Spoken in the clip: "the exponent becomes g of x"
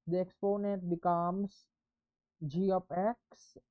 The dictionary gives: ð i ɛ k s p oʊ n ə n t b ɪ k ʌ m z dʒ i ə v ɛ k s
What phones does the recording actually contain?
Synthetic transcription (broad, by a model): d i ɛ k s p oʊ n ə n t b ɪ k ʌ m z dʒ i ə p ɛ k s